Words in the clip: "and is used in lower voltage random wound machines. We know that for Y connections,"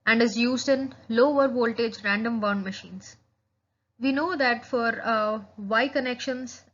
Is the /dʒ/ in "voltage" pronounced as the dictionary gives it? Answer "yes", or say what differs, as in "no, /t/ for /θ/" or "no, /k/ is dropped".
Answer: yes